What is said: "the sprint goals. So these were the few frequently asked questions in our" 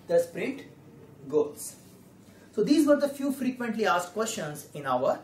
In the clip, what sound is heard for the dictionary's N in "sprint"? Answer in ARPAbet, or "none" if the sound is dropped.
none